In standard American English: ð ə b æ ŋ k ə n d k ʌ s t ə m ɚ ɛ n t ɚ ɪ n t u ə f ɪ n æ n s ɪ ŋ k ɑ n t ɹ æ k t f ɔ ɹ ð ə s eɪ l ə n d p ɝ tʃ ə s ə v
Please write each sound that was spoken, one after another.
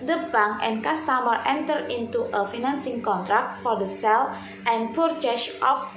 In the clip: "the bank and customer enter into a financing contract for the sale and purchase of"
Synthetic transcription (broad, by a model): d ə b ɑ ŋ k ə n k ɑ s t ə m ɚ ɛ n t ɚ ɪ n t u ə f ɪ n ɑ n s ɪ ŋ k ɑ n t ɹ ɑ k t f ɔ ɹ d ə s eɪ l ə n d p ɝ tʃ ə ʃ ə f